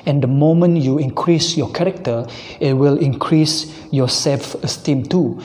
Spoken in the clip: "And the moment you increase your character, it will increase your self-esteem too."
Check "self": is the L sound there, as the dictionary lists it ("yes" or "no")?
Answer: yes